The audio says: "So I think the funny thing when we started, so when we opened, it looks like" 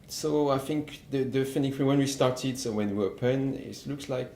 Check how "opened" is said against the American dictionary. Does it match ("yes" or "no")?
no